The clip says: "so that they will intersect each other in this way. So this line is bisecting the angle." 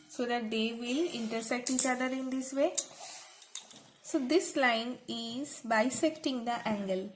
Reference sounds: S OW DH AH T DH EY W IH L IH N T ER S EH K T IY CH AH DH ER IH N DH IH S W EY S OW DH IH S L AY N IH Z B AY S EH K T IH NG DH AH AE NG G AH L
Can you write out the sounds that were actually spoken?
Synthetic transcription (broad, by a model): S OW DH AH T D EY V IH L IH N T ER S EH K T IY CH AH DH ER IH N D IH S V EY S OW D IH S L AY N IH Z B AY S EH K T IH NG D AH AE NG G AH L